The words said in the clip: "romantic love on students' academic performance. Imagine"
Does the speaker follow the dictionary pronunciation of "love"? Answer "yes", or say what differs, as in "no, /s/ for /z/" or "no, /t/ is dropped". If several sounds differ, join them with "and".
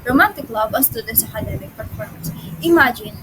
no, /b/ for /v/